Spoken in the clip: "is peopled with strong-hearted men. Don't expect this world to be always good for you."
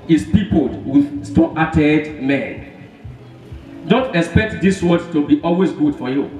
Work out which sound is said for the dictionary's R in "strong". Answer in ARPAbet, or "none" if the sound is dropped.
none